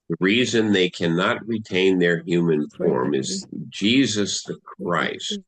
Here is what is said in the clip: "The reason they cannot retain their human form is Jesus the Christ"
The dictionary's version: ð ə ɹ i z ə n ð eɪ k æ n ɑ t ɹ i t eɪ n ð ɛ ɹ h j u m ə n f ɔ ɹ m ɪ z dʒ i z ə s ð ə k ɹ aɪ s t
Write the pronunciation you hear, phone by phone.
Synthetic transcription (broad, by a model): ð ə ɹ i z ə n ð eɪ k æ n ɑ t ɹ i t eɪ n ð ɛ ɹ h j u m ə n f ɔ ɹ m ɪ z dʒ i z ə s ð ə k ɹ aɪ s t